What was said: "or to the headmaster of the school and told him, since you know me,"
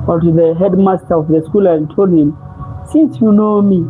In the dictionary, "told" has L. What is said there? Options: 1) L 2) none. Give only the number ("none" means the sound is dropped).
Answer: 1